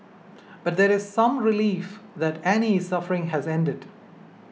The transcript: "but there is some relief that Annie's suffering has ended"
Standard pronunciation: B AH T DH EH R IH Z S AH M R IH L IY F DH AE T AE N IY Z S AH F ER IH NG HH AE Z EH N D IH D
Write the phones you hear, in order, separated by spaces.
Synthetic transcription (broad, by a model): B AH T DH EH R IH Z S AH M R IH L IY F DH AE T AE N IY S AH F ER IH NG HH AE Z EH N D IH D